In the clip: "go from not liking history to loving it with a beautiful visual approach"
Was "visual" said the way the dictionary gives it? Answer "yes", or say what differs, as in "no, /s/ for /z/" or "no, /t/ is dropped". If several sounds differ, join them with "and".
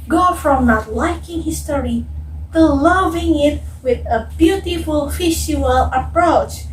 no, /f/ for /v/ and /ʃ/ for /ʒ/